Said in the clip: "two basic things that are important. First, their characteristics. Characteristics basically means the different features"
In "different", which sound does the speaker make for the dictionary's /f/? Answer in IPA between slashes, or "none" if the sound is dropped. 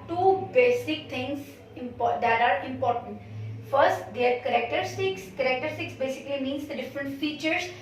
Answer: /f/